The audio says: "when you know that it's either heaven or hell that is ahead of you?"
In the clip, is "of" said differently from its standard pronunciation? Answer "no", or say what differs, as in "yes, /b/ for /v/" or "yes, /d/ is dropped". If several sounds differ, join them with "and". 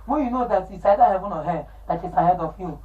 yes, /f/ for /v/